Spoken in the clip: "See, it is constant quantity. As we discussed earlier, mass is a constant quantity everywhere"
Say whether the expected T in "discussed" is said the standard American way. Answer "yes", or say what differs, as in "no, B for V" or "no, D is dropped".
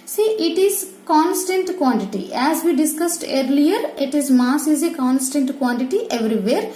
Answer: yes